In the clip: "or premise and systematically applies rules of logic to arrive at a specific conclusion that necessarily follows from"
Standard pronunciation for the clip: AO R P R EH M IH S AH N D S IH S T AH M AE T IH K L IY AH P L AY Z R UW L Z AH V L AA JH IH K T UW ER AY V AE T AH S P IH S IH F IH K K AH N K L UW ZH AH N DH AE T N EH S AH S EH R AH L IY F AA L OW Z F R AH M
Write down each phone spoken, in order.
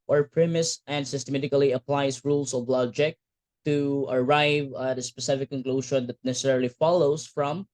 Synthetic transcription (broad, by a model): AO R P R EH M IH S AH N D S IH S T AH M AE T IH K L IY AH P L AY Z R UW L S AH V L AA JH IH K T UW ER AY V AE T AH S P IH S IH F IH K K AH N K L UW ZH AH N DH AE T N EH S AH S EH R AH L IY F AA L OW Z F R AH M